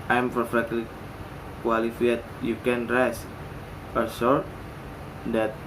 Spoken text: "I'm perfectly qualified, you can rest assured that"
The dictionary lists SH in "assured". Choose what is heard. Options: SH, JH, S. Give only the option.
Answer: S